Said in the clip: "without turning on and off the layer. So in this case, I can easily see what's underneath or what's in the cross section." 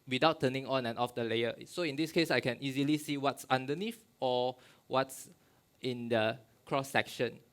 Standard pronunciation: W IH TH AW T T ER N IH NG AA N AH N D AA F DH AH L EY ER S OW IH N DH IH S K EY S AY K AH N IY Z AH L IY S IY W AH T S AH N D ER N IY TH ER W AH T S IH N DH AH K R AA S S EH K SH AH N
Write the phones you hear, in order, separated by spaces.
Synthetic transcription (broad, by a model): W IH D AW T T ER N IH NG AA N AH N AA F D AH L EY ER S OW IH N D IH S K EY S AY K AH N IY Z AH L IY S IY W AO T S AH N D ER N IY F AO W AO T S IH N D AH K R AA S S EH K SH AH N